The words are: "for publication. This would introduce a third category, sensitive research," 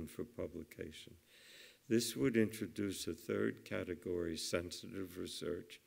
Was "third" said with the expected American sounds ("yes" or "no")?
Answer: yes